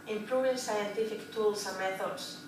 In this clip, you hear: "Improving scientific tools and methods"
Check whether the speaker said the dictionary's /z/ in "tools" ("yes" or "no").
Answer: no